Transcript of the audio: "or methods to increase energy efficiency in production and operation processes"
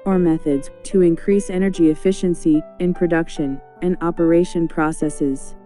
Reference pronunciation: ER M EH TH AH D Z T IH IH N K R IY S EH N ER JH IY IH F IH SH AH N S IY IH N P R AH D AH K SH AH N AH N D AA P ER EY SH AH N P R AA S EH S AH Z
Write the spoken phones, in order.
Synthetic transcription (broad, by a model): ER M EH TH AH D Z T IH IH N K R IY S EH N ER JH IY IH F IH SH AH N S IY IH N P R AH D AH K SH AH N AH N AA P ER EY SH AH N P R AA S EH S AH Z